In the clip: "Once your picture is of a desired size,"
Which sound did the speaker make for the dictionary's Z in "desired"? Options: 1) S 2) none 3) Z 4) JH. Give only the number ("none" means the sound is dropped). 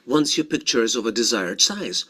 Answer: 3